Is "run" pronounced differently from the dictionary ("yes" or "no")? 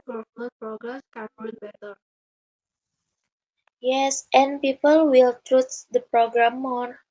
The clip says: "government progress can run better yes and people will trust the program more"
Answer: yes